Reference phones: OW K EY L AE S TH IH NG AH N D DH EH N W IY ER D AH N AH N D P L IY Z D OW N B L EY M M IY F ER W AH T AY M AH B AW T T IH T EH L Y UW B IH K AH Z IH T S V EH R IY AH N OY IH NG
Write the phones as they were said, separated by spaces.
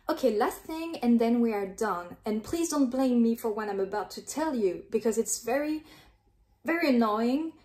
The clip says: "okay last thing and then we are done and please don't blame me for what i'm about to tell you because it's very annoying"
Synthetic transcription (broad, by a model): OW K EY L AE S TH IH NG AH N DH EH N W IY ER D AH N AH N P L IY Z D OW N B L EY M M IY F ER W AH T AY M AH B AW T T IH T EH L Y UW B IH K AH Z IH T S V EH R IY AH N OY IH NG